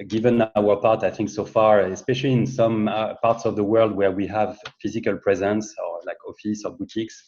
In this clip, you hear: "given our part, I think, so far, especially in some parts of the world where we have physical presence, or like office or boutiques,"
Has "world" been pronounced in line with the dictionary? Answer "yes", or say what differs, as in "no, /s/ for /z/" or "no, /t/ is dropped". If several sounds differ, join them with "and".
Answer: yes